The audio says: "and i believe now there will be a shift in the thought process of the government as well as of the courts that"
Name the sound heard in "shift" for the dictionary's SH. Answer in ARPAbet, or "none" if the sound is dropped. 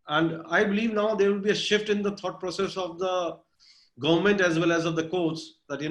SH